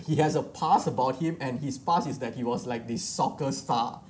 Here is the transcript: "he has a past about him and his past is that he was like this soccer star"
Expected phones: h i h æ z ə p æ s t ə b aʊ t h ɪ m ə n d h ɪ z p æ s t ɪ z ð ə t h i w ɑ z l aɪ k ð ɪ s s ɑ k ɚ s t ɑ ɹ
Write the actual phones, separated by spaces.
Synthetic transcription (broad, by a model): h i h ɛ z ə p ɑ s ə b aʊ t h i m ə n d h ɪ s p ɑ s ɪ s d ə t h i w ɑ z l aɪ k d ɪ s s ɑ k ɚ s t ɑ